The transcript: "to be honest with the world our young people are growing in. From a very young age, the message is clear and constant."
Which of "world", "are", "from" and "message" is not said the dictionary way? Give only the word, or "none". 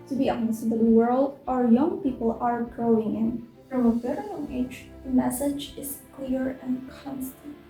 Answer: none